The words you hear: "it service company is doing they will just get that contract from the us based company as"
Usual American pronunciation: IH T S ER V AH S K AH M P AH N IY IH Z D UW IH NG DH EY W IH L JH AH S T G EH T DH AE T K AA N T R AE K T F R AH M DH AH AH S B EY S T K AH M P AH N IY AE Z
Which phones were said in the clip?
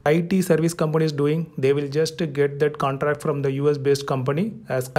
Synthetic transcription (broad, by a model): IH T S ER V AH S K AH M P AH N IY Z D UW IH NG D EY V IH L JH AH S T G EH T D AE T K AA N T R AE K T F R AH M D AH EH S B EY S T K AH M P AH N IY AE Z